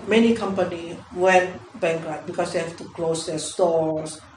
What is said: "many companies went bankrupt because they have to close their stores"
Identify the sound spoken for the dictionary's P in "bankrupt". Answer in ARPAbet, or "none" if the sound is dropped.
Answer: none